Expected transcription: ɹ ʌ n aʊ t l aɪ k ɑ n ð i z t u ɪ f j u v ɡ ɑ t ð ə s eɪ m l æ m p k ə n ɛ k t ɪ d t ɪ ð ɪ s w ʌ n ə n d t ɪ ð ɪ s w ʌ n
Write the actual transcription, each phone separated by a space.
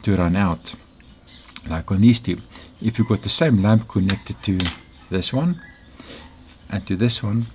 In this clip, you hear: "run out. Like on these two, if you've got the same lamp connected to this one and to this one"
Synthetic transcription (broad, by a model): ɹ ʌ n aʊ t l aɪ k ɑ n ð i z t u ɪ f j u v ɡ ɑ t ð ə s eɪ m l æ m p k ə n ɛ k t ɪ d t ɪ ð ɪ s w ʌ n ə n t ɪ ð ɪ s w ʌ n